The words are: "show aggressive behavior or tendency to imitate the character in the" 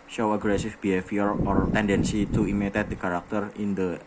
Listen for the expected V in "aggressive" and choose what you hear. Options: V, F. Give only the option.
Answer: F